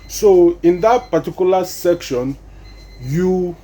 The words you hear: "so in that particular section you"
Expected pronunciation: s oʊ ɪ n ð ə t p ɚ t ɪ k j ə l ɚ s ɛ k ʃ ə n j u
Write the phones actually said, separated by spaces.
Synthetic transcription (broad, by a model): s oʊ ɪ n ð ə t p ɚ t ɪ k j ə l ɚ s ɛ k ʃ ə n j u